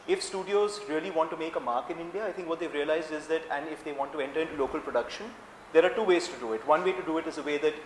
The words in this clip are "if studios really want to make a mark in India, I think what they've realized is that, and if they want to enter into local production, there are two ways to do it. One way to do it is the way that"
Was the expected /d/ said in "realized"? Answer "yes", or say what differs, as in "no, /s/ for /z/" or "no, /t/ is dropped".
yes